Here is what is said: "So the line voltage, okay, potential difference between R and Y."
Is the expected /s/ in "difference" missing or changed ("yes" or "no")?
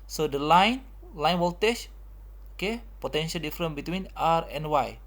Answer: yes